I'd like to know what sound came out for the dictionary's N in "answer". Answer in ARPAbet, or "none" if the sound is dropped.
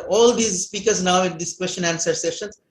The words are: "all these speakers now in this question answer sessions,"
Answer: N